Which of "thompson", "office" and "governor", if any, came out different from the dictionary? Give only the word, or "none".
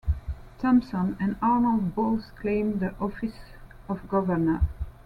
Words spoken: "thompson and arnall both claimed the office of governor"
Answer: none